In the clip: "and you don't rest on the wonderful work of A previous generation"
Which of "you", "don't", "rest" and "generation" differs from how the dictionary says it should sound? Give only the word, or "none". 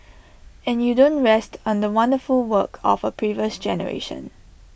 none